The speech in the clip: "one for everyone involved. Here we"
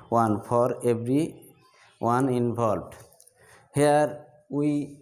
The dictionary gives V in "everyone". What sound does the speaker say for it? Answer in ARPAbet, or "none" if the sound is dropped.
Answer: B